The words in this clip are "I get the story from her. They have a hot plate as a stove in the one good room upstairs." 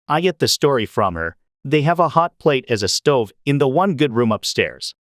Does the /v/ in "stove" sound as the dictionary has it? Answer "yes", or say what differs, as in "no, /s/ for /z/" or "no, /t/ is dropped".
yes